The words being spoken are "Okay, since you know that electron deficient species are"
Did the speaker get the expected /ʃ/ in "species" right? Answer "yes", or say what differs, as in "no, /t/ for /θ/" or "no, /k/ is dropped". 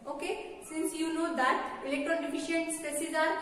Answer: no, /s/ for /ʃ/